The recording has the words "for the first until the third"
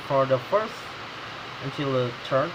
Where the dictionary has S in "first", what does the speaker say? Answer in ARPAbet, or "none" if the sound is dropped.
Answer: S